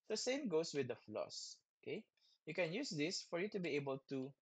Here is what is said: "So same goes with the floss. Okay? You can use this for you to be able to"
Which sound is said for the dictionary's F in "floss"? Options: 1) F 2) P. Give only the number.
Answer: 1